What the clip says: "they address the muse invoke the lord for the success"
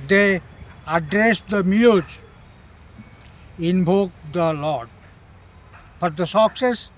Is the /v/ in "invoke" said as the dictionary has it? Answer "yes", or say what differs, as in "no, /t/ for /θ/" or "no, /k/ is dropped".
no, /b/ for /v/